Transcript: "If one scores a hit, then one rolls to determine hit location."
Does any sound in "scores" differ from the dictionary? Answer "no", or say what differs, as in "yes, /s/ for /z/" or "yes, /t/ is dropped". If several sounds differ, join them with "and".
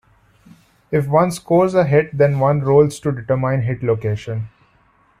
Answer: no